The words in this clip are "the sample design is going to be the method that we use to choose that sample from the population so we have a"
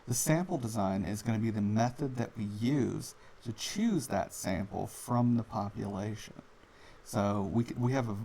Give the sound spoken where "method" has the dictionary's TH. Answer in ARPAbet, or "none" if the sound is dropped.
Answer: TH